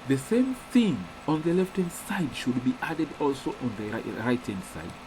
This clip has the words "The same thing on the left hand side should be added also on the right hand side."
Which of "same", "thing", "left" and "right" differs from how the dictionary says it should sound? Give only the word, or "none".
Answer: none